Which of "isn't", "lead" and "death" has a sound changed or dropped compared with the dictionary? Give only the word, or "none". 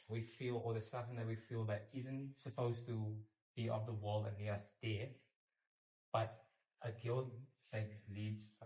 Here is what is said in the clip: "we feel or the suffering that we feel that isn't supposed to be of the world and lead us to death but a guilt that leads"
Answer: lead